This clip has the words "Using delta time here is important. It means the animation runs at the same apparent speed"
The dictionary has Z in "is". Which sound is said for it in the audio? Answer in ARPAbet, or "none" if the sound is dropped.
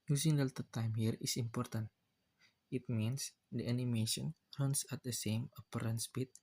S